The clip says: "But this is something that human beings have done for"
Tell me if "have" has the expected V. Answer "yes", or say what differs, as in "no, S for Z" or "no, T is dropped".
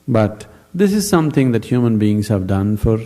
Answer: yes